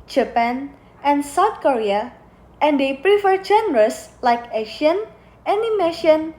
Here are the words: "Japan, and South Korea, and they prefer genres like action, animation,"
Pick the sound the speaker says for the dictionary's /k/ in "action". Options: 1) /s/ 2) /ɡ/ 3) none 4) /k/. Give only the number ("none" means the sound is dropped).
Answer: 3